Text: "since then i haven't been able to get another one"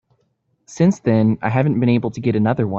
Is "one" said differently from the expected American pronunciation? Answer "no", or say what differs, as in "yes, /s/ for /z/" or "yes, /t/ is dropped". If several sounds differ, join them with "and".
yes, /n/ is dropped